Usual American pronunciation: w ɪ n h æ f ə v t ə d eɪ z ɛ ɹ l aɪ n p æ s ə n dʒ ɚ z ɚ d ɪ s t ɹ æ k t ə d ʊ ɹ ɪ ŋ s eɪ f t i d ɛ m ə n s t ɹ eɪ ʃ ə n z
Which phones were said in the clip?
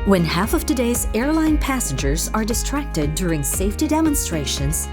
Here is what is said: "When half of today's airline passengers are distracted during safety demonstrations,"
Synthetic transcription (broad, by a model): w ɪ n h æ f ə v t ə d eɪ z ɛ ɹ l aɪ n p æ s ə n dʒ ɚ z ɚ d ɪ s t ɹ æ k t ə d ʊ ɹ ɪ ŋ s eɪ f t i d ɛ m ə n s t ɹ eɪ ʃ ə n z